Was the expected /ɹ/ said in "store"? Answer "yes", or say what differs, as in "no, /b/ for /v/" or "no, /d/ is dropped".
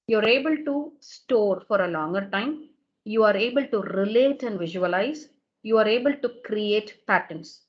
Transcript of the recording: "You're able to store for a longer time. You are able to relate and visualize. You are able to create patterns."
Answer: yes